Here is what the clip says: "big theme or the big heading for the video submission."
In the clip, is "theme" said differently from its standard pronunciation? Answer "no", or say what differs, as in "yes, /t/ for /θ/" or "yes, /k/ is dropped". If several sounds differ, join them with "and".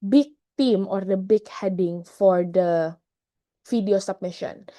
yes, /t/ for /θ/